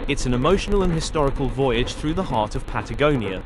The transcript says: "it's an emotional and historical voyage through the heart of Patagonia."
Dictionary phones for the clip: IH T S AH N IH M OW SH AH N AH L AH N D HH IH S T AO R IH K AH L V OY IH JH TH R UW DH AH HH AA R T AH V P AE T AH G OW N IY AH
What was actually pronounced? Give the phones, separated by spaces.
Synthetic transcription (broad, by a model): IH T S AH N IH M OW SH AH N AH L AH N HH IH S T AO R IH K AH L V OY IH JH TH R UW DH AH HH AA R T AH V P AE T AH G OW N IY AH